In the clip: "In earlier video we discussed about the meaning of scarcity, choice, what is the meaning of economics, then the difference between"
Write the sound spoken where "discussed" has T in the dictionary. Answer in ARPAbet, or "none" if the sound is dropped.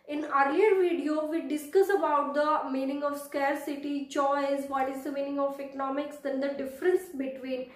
none